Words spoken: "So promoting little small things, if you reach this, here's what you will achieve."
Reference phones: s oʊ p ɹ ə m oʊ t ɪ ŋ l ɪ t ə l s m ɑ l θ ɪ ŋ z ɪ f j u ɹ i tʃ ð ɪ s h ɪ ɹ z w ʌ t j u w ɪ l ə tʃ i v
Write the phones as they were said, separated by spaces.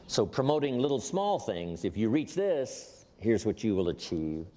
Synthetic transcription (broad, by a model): s oʊ p ɹ ə m oʊ t ɪ ŋ l ɪ t l s m ɑ l θ ɪ ŋ z ɪ f j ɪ ɹ i tʃ ð ɪ s h ɪ ɹ z w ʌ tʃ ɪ w ɪ l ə tʃ i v